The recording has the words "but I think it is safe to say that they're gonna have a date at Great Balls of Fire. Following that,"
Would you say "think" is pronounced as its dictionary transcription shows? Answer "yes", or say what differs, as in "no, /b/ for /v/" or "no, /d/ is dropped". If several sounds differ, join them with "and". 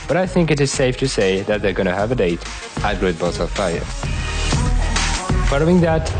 yes